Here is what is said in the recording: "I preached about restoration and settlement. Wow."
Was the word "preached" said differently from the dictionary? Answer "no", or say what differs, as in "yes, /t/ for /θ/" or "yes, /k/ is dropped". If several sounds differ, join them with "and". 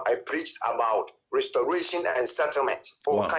no